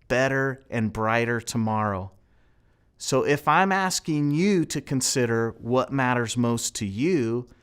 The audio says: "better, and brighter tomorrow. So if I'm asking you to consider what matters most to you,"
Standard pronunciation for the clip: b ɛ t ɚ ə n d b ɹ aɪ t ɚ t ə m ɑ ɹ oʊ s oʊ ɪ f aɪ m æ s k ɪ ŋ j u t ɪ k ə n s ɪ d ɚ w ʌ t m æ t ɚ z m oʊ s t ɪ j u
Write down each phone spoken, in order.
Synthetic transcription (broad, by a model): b ɛ t ɚ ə n b ɹ aɪ t ɚ t ə m ɑ ɹ oʊ s oʊ ɪ f aɪ m æ s k ɪ ŋ j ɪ t ɪ k ə n s ɪ d ɚ w ʌ t m æ t ɚ z m oʊ s t ɪ j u